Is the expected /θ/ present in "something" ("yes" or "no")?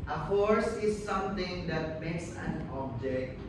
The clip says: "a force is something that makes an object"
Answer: no